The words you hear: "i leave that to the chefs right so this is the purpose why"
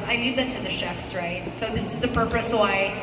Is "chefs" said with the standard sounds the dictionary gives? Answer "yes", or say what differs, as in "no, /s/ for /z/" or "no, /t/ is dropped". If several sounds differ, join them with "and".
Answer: yes